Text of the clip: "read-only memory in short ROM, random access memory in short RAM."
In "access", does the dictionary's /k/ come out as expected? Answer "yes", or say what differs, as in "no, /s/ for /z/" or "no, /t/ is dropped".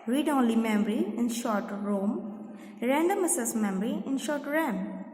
no, /k/ is dropped